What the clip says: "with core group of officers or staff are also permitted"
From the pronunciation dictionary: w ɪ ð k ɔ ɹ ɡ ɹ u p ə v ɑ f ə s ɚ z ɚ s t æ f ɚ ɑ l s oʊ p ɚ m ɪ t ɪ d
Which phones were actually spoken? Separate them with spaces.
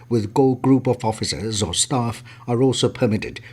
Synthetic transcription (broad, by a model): w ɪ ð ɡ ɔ l ɡ ɹ u p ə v ɑ f ə s ɚ z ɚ s t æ f ɚ ɑ l s oʊ p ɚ m ɪ t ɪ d